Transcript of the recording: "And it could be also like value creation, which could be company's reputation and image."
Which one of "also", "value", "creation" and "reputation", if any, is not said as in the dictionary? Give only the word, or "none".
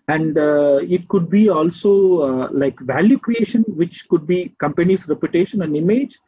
none